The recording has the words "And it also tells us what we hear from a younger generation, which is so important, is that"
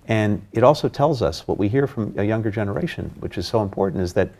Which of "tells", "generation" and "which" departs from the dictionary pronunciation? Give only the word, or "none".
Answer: none